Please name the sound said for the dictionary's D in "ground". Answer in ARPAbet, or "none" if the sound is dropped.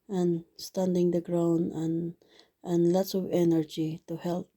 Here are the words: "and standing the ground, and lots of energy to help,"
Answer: none